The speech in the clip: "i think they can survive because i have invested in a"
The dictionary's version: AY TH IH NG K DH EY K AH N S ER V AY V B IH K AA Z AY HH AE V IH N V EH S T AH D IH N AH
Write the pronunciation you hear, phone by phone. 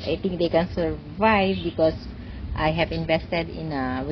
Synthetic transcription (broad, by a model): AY T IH NG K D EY K AH N S ER V AY V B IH K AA S AY HH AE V IH N V EH S T AH D IH N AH